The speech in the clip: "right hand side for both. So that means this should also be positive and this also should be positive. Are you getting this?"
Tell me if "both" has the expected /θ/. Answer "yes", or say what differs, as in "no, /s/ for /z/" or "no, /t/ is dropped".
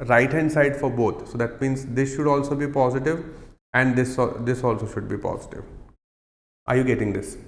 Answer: no, /t/ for /θ/